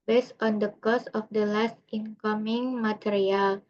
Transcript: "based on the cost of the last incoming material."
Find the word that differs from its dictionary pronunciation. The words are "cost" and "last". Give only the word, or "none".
cost